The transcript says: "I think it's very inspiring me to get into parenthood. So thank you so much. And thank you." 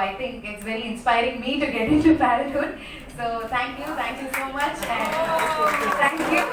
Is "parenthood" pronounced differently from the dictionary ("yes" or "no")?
yes